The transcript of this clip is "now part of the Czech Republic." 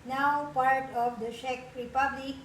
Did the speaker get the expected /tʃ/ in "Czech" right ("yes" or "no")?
no